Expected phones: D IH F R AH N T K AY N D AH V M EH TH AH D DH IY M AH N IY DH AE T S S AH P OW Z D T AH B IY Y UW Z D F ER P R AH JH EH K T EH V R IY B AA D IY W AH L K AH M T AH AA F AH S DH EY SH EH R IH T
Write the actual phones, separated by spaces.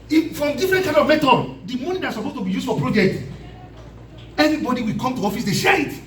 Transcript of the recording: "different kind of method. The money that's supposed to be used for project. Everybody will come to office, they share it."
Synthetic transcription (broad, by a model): D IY F R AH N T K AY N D AH V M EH T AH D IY M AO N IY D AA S S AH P OW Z T AH B IY Y UW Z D F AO P R AH JH EH K T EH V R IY B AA D IY W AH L K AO M T AH AA F AH S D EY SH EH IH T